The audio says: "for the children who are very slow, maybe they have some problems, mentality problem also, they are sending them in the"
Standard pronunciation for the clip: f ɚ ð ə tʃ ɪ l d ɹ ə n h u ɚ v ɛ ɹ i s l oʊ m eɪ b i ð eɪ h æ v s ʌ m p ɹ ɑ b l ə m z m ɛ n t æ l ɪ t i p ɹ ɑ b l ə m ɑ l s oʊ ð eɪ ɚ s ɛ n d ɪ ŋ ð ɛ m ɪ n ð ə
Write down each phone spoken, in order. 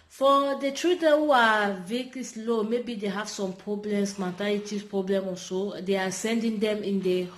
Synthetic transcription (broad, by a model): f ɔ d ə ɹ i d ə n h u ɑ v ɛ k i s l oʊ m eɪ b i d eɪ h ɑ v s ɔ m p ɹ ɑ b l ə m s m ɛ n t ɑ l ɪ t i p ɹ ɑ b l ə m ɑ s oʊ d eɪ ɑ s ɛ n d ɪ ŋ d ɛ m ɪ n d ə